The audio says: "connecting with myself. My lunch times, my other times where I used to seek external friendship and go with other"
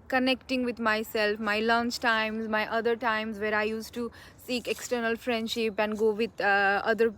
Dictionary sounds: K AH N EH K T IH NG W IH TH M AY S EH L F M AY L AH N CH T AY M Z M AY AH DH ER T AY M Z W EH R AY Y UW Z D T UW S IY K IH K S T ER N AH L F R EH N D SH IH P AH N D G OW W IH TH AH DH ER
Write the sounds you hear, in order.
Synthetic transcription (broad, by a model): K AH N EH K T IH NG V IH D M AY S EH L F M AY L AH N CH T AY M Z M AY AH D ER T AY M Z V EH R AY Y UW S T UW S IY K IH K S T ER N AH L F R EH N D SH IH P AH N D G OW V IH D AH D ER